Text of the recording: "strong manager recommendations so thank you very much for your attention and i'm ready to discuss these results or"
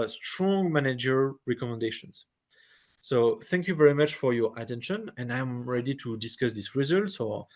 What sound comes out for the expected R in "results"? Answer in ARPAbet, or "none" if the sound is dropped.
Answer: R